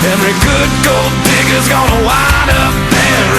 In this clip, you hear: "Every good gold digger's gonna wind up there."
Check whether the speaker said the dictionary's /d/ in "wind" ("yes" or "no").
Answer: no